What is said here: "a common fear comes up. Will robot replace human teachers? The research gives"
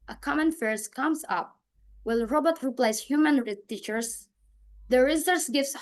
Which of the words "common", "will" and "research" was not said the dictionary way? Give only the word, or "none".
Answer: research